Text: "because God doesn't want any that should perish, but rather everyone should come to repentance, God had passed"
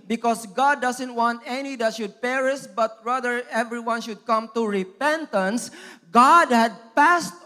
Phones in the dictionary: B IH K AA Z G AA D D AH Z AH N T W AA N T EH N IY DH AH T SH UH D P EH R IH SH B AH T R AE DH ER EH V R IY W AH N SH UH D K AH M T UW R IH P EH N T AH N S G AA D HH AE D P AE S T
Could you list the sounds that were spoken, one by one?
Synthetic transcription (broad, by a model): B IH K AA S G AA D D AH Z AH N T W AA N T EH N IY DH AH T SH UH D P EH R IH S B AH T R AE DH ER EH V R IY W AH N SH UH D K AH M T UW R IH P EH N T AH N S G AA D HH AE D P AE S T